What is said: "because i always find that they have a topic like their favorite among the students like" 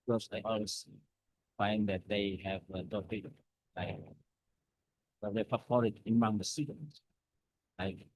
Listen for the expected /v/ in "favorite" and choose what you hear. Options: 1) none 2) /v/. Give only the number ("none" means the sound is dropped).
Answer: 1